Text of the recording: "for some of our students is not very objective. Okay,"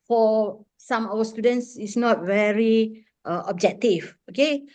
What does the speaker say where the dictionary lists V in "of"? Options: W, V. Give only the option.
W